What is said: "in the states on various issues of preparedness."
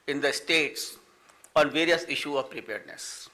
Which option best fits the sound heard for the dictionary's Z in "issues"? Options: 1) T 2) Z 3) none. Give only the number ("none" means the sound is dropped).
3